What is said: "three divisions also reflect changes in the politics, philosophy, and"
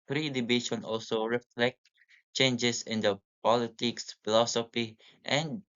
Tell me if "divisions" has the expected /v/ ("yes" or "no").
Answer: no